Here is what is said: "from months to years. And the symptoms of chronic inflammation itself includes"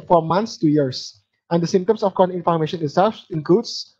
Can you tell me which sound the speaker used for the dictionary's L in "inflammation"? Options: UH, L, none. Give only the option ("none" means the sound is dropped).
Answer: none